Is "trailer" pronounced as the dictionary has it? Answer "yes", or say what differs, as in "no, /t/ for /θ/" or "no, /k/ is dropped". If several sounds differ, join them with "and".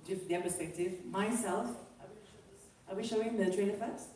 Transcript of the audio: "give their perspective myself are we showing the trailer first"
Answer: no, /n/ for /l/